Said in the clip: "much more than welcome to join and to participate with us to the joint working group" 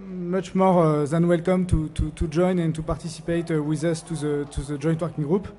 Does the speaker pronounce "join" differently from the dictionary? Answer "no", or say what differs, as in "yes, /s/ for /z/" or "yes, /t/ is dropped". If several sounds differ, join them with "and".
no